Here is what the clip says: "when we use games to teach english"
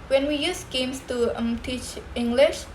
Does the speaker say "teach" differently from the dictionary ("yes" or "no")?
no